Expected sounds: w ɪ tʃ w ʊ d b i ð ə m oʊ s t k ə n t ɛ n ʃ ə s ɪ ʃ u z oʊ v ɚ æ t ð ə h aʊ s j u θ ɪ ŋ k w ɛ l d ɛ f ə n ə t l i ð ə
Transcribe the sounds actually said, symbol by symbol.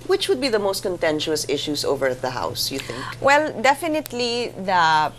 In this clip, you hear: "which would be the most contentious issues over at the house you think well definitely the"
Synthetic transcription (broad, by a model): w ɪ tʃ w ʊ d b i ð ə m oʊ s t k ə n t ɛ n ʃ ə s ɪ ʃ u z oʊ v ɚ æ t ð ə h aʊ s j u θ ɪ ŋ k w ɛ l d ɛ f ə n ə t l i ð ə